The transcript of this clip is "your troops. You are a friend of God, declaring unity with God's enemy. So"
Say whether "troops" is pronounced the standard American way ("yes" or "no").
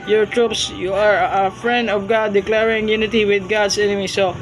yes